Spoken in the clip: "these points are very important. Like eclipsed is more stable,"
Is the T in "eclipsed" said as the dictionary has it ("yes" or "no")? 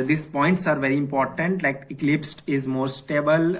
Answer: yes